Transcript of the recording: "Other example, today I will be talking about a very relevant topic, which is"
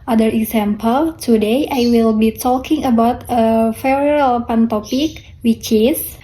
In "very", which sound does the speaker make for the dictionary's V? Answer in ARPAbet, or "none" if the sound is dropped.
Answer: F